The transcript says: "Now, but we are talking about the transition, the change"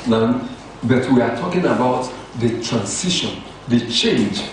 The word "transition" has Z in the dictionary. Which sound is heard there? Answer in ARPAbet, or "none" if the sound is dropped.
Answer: S